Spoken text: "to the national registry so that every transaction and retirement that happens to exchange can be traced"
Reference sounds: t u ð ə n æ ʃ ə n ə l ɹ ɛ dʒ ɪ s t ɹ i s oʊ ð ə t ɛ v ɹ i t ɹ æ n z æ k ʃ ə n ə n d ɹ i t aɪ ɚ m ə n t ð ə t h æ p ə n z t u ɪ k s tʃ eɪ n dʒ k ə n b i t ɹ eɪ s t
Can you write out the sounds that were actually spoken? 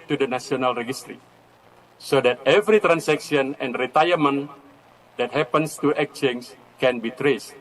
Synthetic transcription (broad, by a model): t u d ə n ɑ s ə n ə l ɹ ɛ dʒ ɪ s t ɹ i s oʊ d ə t ɛ v ɹ i t ɹ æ n s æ k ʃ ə n ə n d ɹ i t aɪ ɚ m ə n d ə t h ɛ p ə n s t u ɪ k tʃ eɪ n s k ə n b i t ɹ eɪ s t